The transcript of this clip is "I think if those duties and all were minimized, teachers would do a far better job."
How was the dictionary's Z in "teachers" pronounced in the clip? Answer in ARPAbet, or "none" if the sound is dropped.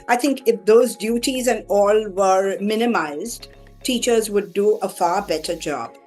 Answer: Z